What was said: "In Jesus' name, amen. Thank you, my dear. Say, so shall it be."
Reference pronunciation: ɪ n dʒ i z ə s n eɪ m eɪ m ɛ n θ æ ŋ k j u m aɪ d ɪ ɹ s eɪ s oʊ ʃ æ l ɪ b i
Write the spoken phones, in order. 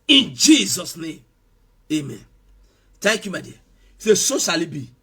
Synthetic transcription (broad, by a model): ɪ n dʒ i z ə s n eɪ m eɪ m ɛ n t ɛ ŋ k j u m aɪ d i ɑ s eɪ s oʊ s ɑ l ɪ b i